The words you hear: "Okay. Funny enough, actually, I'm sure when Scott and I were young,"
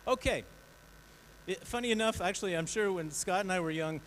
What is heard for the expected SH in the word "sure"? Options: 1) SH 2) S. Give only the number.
1